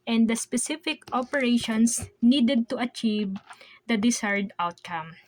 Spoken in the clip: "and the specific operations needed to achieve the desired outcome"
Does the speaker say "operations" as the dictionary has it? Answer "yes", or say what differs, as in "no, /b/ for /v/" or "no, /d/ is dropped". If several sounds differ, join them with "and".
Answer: no, /s/ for /z/